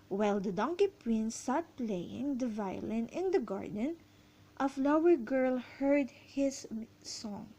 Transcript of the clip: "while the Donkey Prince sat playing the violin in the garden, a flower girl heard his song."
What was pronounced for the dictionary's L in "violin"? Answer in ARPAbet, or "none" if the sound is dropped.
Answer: L